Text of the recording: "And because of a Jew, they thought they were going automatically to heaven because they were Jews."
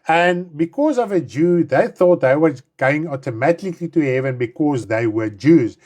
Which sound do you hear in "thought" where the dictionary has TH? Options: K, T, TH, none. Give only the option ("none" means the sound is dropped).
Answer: TH